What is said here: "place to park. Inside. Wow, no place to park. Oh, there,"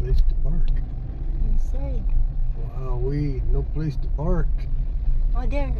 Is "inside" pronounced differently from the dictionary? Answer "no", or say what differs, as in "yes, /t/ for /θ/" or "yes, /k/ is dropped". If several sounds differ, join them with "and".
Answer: yes, /n/ is dropped